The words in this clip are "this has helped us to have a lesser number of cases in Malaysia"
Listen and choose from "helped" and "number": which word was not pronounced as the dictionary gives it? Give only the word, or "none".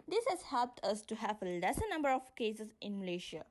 none